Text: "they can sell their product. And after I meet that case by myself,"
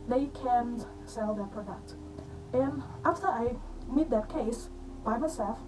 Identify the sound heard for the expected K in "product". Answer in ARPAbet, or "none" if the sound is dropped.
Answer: K